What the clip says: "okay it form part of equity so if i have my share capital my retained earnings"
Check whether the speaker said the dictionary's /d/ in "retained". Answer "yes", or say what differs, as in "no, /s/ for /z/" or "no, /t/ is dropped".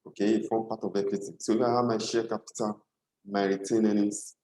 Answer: no, /d/ is dropped